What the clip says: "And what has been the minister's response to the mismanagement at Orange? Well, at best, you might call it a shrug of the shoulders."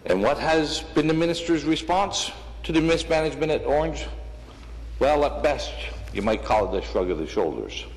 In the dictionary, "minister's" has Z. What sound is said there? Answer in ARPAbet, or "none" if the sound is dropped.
Z